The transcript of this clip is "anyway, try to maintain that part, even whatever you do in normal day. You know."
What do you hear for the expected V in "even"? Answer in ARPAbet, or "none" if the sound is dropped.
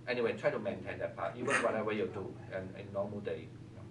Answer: W